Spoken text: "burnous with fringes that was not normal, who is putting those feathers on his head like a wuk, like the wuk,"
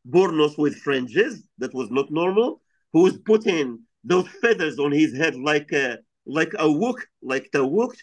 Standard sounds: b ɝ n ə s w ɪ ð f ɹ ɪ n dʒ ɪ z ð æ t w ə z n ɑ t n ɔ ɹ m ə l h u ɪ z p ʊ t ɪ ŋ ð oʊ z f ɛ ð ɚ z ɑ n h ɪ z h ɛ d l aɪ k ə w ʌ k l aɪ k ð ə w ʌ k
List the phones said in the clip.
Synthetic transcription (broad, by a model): b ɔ n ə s w ɪ ð f ɹ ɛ n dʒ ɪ z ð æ t w ə z n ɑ t n ɔ ɹ m ə l h u ɪ z p ʊ t ɪ ŋ ð oʊ z f ɛ ð ɚ z ɑ n h ɪ z h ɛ d l aɪ k ə w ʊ k l aɪ k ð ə w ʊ k